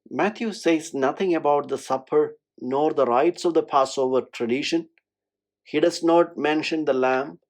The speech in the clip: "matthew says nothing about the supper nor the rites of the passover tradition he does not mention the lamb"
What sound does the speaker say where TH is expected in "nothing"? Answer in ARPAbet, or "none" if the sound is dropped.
T